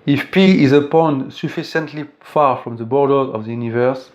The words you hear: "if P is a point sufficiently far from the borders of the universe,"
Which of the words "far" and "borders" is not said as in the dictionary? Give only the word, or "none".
borders